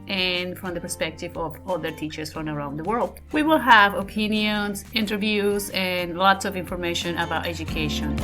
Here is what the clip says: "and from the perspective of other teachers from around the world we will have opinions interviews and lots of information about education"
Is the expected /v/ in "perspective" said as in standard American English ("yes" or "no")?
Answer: yes